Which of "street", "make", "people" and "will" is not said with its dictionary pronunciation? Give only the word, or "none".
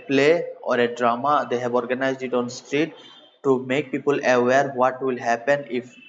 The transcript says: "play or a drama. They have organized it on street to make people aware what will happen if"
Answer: none